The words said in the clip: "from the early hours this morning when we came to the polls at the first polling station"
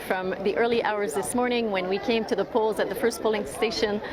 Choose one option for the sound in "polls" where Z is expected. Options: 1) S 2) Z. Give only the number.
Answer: 2